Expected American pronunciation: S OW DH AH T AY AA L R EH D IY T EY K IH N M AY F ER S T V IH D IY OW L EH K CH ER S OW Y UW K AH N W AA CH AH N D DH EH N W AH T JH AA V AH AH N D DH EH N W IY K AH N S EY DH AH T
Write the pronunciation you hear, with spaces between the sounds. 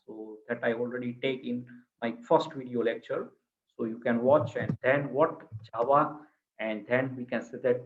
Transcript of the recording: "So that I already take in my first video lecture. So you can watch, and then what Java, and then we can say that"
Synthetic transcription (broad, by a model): S OW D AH T AY AA L R EH D IY T EY K IH N M AY F ER S T V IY D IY OW L EH K CH ER S OW Y UW K AH N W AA CH AH N D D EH N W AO T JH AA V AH AH N D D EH N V IY K AH N S EY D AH T